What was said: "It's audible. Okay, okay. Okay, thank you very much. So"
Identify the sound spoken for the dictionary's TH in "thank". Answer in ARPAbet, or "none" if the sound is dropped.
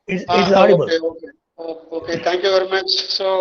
T